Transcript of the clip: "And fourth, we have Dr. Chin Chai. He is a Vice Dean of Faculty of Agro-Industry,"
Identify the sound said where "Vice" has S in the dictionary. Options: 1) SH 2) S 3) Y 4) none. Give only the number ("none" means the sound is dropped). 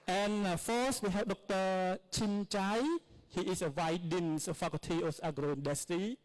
4